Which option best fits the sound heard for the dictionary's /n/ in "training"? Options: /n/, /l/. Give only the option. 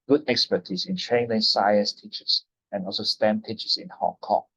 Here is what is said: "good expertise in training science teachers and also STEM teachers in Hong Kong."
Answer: /l/